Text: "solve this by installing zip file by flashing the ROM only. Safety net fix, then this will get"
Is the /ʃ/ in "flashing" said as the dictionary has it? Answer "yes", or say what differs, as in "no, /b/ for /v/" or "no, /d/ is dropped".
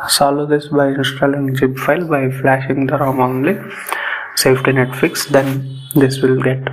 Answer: yes